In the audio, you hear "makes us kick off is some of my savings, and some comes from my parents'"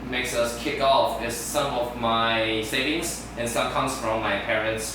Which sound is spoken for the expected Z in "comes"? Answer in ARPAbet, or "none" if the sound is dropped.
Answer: S